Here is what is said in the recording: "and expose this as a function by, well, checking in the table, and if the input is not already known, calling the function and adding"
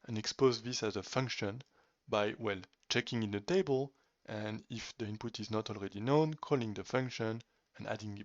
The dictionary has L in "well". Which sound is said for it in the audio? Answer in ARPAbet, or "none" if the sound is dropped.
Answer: L